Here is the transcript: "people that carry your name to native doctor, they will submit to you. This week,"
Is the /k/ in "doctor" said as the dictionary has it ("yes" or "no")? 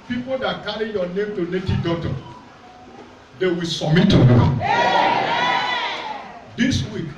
no